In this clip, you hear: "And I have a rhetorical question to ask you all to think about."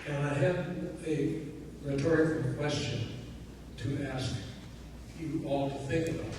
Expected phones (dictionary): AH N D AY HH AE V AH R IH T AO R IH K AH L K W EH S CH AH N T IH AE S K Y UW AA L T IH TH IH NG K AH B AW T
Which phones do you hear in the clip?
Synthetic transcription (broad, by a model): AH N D AY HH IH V AH R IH T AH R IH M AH K W EH S CH AH N T IH AE S K Y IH AA L T IH TH IH NG K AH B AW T